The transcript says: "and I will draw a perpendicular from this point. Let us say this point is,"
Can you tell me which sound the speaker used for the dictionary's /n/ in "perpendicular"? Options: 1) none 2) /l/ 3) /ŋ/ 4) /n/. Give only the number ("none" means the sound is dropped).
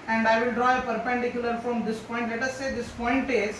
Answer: 4